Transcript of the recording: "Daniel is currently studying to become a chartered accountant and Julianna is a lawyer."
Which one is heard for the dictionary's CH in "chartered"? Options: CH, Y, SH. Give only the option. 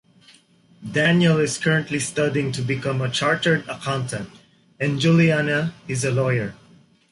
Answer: CH